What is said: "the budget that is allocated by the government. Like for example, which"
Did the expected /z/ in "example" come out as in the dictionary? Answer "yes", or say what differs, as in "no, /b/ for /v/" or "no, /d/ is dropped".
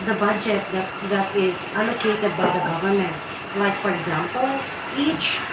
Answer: yes